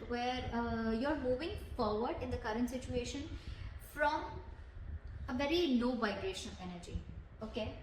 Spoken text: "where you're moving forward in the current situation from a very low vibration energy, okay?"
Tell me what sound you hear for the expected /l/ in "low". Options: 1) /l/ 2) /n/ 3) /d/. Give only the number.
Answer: 2